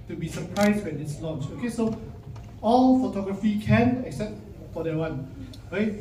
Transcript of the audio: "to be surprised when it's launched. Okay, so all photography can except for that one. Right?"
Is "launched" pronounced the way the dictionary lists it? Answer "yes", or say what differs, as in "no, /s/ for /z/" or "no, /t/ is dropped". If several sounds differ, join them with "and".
no, /t/ is dropped